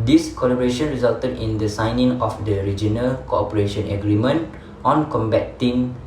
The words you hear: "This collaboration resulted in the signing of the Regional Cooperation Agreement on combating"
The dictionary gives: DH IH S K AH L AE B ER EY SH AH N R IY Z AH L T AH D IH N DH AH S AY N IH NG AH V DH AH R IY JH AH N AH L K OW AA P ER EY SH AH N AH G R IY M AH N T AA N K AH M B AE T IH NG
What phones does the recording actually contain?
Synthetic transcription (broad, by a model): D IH S K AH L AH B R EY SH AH N R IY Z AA L T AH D IH N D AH S AY N IH NG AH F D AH R IY JH AH N AH L K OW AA P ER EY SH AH N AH G R IY M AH N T AA N K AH M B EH T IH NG